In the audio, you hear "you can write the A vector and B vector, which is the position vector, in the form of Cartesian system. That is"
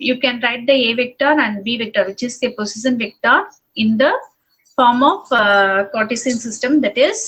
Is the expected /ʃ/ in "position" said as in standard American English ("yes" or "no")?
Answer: no